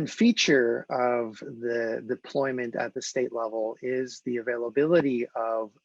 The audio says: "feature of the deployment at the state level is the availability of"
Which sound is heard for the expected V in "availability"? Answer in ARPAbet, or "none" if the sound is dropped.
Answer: V